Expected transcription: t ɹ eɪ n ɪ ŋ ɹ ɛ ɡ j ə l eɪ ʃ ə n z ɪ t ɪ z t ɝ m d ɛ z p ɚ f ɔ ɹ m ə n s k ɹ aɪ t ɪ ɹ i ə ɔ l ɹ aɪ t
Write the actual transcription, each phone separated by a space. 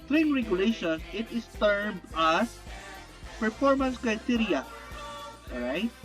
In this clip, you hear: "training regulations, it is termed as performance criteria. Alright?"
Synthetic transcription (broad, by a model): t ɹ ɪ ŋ ɹ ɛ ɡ j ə l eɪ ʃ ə n s ɪ t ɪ s t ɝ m ɑ s p ɚ f ɔ ɹ m ə n s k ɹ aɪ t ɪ ɹ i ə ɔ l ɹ aɪ t